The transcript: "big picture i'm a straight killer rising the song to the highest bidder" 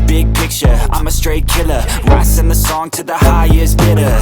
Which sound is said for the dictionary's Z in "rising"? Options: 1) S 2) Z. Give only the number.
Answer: 1